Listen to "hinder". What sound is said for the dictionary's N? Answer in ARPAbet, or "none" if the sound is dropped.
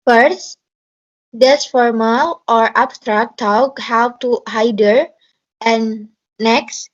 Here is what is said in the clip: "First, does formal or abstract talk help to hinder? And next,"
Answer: none